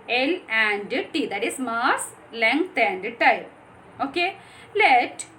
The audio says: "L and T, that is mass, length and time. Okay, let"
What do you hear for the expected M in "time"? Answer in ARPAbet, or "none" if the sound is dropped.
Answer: none